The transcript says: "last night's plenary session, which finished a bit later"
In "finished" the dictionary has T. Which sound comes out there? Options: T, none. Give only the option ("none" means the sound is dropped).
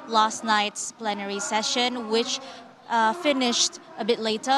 T